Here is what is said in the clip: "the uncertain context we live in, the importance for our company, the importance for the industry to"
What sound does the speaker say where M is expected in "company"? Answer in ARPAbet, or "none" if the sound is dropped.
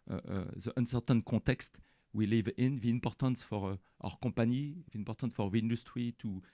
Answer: none